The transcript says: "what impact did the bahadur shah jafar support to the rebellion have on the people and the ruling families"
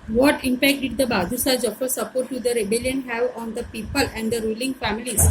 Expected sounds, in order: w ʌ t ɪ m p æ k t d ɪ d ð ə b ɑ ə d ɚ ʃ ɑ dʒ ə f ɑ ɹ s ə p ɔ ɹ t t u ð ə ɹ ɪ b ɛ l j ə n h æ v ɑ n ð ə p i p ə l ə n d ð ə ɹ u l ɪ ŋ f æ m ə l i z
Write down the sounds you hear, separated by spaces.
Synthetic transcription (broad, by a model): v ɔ t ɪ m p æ k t d ɪ d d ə b ɑ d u s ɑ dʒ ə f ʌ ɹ s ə p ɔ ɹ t t u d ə ɹ ɪ b ɛ l j ə n h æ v ɑ n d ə p i p ə l ə n d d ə ɹ u l ɪ ŋ f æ m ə l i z